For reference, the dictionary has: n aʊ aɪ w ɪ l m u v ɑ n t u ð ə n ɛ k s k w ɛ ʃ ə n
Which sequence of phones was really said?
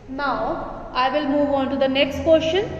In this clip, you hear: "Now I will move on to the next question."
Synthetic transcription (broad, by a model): n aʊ aɪ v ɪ l m u v ɑ n t u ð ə n ɛ k s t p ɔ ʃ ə n